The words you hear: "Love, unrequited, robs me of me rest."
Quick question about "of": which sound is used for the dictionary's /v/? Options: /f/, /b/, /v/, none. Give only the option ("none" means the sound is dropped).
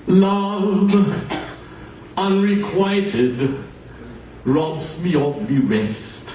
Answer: /f/